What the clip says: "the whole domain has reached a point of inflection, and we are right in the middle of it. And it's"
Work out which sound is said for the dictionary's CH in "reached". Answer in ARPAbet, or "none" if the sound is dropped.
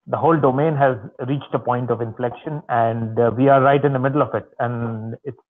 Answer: CH